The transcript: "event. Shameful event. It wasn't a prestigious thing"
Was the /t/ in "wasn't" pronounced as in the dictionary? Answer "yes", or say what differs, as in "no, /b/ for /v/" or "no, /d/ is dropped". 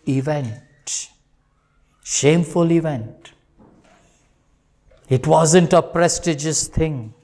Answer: yes